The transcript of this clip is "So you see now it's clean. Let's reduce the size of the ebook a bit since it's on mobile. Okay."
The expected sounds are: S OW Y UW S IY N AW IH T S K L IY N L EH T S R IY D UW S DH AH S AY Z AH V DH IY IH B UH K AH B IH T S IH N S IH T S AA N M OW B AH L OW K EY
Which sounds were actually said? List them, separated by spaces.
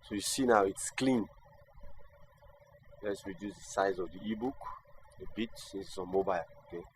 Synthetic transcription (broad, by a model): S OW Y UW S IY N AW IH T S K L IY N L EH T S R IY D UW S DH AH S AY Z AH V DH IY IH B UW K AH B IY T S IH S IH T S AA N M OW B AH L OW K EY